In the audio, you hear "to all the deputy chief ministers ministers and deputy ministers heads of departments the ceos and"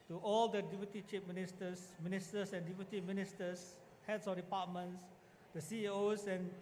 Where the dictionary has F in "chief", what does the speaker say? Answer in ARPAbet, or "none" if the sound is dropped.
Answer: P